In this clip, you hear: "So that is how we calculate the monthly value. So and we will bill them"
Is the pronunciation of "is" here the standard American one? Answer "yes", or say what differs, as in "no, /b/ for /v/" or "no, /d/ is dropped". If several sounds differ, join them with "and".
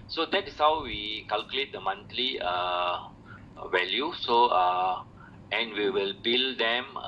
no, /s/ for /z/